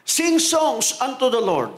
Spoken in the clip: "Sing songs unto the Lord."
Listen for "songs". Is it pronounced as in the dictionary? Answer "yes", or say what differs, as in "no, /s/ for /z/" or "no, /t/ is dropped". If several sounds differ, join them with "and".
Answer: no, /s/ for /z/